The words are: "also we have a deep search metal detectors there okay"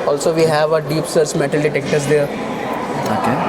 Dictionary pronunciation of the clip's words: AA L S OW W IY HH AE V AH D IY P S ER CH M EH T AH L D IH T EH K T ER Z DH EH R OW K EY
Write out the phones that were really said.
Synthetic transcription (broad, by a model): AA L S OW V IY HH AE V AH D IY P S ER S M EH T AH L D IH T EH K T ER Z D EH R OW K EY